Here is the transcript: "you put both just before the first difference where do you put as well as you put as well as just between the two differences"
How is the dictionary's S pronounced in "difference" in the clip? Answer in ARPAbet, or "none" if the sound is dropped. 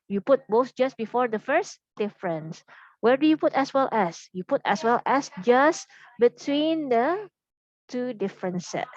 S